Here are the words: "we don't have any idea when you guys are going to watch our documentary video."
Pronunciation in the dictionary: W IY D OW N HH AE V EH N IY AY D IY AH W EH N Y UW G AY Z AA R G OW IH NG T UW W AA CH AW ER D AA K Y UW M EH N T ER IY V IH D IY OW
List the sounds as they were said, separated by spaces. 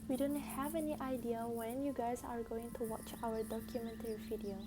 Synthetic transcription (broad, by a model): W IY D OW N HH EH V EH N IY AY D IY AH W EH N Y UW G AY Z AA R G OW IH NG T UW W AA CH AW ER D AA K Y UW M EH N T ER IY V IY D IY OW